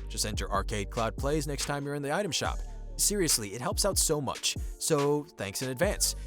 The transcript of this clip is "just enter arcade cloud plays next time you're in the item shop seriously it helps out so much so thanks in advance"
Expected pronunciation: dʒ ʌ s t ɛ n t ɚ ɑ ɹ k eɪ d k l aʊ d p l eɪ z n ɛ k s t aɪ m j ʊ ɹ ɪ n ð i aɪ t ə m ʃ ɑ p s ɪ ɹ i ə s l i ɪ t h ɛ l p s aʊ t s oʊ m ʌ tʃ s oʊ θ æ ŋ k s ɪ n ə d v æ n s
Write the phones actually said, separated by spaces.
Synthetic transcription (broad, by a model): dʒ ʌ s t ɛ n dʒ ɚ ɑ ɹ k eɪ d k l aʊ d p l eɪ z n ɛ k s t aɪ m j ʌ ɹ ɪ n ð i aɪ t ə m ʃ ɑ p s ɪ ɹ i ə s l i ɪ t h ɛ l p s aʊ t s oʊ m ʌ tʃ s oʊ θ æ ŋ k s ɪ n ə d v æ n s